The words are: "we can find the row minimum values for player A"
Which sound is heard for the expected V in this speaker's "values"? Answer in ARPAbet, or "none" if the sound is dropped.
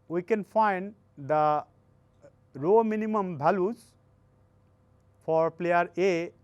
B